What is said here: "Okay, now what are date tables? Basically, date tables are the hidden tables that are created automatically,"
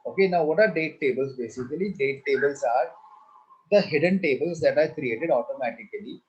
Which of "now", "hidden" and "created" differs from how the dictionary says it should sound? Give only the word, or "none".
none